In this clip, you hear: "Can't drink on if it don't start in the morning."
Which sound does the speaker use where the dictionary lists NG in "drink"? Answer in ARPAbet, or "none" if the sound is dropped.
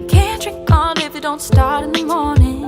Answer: none